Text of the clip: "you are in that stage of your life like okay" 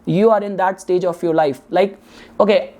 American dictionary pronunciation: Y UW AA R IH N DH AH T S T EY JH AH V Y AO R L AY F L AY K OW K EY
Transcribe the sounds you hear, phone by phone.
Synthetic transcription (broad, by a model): Y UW AA R IH N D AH T S T EY JH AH F Y AO R L AY F L AY K OW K EY